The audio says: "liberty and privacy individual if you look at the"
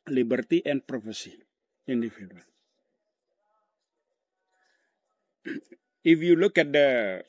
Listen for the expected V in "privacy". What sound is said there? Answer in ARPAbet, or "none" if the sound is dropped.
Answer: F